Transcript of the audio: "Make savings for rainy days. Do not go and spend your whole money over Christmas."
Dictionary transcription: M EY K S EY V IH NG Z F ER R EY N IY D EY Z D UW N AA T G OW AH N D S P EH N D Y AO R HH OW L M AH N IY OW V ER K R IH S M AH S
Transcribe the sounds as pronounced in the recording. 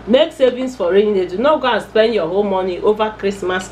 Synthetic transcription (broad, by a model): M EY K S EY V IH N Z F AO R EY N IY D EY D UW N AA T G OW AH N S P EH N D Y AO HH OW L M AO N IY OW V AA K R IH S M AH S